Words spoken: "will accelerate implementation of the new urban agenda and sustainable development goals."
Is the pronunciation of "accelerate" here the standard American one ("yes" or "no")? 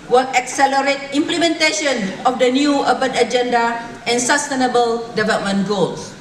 yes